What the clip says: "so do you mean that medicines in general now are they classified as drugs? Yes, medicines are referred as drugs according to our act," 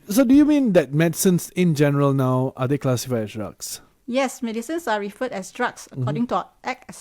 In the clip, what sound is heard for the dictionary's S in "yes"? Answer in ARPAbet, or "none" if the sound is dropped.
S